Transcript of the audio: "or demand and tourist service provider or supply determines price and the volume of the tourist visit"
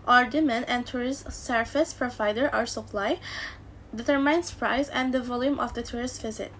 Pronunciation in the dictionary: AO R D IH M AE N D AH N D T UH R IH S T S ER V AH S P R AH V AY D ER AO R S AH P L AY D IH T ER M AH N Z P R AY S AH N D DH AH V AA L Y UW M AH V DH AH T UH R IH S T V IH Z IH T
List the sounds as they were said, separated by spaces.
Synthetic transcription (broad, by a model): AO R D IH M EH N AH N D T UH R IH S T S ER F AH S P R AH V AY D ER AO R S AH P L AY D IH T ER M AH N S P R AY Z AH N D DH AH V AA L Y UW M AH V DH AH T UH R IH S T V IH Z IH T